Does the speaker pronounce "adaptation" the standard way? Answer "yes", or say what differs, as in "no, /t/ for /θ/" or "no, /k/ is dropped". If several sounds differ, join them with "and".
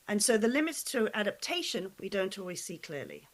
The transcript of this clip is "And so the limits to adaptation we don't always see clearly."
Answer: yes